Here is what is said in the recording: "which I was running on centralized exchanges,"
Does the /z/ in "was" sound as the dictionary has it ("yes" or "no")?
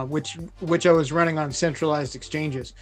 yes